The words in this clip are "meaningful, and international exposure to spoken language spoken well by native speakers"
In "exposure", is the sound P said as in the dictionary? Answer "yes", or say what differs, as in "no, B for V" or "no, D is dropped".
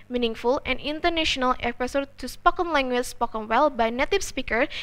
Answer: no, P is dropped